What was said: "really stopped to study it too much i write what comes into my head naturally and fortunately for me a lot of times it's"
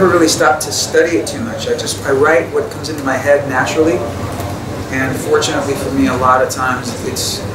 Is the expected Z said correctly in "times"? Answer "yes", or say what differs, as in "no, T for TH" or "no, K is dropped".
yes